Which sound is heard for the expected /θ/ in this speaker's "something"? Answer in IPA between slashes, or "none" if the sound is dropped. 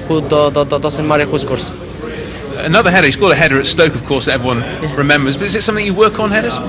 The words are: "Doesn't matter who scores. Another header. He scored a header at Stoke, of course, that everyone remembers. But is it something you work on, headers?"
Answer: /θ/